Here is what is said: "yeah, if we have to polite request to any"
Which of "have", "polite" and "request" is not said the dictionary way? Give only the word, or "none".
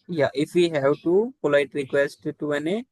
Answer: have